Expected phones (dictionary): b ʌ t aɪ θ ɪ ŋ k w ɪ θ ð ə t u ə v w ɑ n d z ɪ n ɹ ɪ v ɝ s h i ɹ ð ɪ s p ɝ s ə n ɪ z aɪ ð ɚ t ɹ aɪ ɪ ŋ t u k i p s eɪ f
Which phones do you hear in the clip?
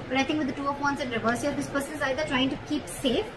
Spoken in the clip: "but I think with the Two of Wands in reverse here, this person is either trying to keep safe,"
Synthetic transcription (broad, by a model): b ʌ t aɪ t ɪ ŋ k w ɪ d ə t u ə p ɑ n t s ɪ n ɹ ɪ v ɝ s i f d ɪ s p ɝ s ə n ɪ z aɪ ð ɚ t ɹ aɪ ɪ ŋ t u k i p s eɪ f